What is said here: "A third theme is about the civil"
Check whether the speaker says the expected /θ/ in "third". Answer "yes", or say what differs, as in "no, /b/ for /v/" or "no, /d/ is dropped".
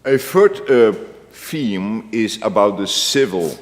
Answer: no, /f/ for /θ/